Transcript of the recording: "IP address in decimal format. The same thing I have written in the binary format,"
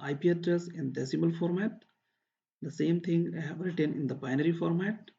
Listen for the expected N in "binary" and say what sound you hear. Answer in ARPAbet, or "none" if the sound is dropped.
N